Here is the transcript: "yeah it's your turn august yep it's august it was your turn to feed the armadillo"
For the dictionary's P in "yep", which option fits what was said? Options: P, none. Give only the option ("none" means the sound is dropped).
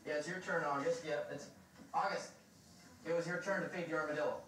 none